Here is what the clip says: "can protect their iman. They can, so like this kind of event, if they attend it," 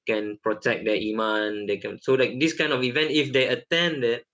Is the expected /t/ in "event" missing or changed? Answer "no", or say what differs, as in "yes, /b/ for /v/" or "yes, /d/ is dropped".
no